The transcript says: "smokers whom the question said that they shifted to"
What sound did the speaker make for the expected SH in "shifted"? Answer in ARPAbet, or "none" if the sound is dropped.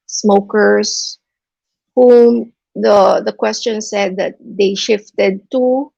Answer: SH